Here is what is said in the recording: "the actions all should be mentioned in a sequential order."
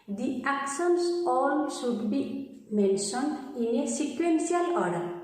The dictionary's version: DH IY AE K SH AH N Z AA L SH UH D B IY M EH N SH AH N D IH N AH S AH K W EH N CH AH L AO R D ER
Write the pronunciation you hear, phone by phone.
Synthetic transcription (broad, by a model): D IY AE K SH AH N S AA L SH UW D B IY M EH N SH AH N IH N AH S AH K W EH N S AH L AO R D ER